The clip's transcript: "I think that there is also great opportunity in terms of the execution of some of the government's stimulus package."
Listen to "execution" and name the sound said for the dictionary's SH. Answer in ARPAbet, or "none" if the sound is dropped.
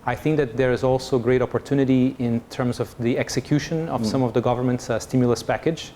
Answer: SH